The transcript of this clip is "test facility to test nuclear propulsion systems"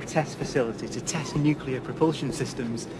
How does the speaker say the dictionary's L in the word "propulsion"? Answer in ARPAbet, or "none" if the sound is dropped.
L